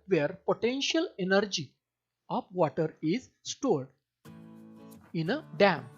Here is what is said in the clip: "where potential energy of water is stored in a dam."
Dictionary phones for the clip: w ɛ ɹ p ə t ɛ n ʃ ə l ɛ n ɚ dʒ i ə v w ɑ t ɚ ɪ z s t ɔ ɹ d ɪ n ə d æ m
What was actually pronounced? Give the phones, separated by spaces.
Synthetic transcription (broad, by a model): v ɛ ɹ p ə t ɛ n ʃ ə l ɛ n ɚ dʒ i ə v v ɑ t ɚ ɪ z s t ɔ ɹ d ɪ n ə d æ m